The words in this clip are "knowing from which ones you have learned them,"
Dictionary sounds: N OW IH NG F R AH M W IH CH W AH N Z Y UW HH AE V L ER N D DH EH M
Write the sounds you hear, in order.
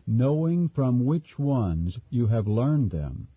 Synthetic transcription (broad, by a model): N OW IH NG F R AH M W IH CH W AH N Z Y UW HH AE V L ER N DH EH M